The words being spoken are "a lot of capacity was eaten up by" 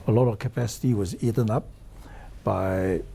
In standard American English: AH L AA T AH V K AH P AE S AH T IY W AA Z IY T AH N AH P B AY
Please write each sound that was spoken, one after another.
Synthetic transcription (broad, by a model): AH L AA T AH V K AH P AE S AH T IY W AA Z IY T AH N AH P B AY